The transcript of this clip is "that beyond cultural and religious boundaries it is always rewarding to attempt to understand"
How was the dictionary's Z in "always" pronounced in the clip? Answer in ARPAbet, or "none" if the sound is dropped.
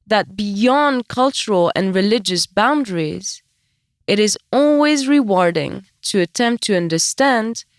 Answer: Z